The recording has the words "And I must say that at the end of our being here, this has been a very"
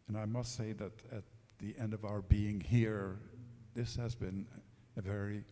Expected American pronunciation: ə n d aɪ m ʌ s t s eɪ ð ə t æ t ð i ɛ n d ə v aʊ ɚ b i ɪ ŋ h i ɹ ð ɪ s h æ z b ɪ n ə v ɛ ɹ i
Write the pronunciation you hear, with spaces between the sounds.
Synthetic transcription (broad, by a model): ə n aɪ m ʌ s t s eɪ ð ə t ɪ t ð i ɛ n d ə v aʊ ɚ b i ɪ ŋ h i ɹ ð ɪ s h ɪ z b ɪ n ə v ɛ ɹ i